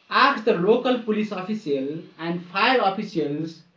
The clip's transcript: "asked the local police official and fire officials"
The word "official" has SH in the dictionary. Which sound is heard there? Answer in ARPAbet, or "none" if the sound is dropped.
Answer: S